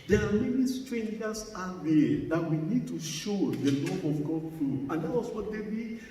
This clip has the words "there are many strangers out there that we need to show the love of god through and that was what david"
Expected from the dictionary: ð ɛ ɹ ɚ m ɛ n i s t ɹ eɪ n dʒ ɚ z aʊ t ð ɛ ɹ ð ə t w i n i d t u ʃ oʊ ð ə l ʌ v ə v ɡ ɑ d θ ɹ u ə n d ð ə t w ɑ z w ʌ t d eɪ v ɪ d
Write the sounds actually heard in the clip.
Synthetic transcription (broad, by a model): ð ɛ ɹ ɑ m ɛ n i s t ɹ eɪ n dʒ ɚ s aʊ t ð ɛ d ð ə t w i n i d t u ʃ oʊ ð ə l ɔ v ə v ɡ ɑ d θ ɹ u ə n d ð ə t w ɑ s w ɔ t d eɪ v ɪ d